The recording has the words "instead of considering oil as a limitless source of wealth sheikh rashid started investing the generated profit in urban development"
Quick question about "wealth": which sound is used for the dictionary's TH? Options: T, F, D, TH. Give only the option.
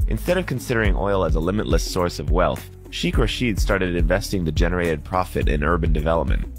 TH